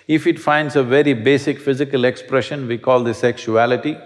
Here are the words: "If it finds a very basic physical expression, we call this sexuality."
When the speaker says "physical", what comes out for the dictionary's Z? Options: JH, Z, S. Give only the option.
Z